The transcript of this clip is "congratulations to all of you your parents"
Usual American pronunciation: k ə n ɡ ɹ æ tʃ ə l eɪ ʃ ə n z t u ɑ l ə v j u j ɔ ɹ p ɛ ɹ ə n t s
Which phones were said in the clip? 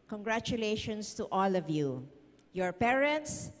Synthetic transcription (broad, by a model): k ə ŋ ɡ ɹ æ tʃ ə l eɪ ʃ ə n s t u ɑ l ə v j u j ɔ ɹ p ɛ ɹ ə n t s